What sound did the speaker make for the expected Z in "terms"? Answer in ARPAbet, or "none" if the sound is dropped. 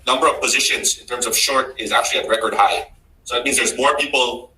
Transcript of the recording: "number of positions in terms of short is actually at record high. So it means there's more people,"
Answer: Z